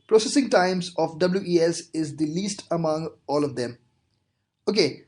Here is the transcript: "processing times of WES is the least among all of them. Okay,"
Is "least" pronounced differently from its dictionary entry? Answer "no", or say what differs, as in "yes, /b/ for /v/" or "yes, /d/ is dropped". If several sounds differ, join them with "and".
no